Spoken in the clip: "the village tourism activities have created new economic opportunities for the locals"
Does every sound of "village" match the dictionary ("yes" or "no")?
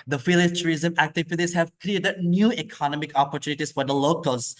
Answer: no